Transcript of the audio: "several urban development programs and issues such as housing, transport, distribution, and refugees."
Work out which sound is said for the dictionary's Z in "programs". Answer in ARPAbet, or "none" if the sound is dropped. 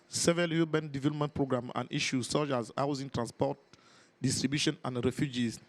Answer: none